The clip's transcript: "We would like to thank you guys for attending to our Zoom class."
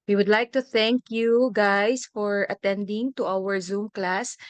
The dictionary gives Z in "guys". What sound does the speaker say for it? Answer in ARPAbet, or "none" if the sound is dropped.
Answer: S